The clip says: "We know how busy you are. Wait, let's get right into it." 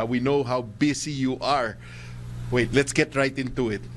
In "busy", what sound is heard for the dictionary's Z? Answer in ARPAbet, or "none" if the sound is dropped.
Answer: S